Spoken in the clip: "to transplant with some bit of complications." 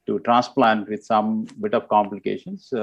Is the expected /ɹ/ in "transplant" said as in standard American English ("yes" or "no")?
yes